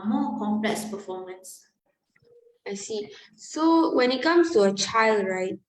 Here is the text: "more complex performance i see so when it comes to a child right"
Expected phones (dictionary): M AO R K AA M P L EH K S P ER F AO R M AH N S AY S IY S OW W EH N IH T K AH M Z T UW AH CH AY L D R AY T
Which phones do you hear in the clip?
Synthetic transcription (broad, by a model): M AO K AA M P L EH K S P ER F AO M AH N S AY S IY S OW W EH N IH T K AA M S T UW AH CH AY L D R AY T